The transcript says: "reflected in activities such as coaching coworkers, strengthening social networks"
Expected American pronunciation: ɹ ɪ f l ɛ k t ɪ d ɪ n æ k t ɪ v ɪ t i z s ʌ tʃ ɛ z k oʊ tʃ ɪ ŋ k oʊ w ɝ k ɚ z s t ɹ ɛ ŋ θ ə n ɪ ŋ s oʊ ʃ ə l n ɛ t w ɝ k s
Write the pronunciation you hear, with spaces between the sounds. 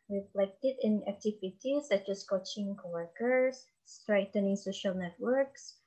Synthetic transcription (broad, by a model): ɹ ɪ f l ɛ k t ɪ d ɪ n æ k t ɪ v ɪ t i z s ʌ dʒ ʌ s k oʊ tʃ ɪ ŋ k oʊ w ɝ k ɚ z s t ɹ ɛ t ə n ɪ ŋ s oʊ ʃ ə l n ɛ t w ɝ k s